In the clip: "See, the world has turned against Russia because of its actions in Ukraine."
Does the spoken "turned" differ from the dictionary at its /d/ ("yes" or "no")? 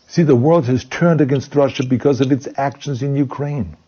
no